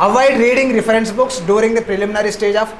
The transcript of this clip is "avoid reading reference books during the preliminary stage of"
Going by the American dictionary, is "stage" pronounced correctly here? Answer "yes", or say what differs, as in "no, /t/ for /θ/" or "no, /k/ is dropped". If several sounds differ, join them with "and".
yes